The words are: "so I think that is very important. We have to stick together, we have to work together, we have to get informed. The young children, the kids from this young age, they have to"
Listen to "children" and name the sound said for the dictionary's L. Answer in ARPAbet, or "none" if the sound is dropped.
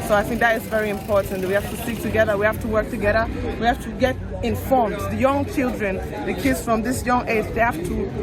L